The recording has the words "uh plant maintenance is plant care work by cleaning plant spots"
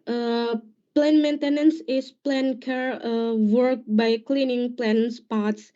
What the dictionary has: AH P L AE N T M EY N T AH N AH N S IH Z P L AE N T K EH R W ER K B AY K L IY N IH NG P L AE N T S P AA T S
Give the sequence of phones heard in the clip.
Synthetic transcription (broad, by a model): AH P L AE N M EY N T AH N AH N S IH S P L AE N K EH R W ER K B AY K L IY N IH NG P L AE N S P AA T S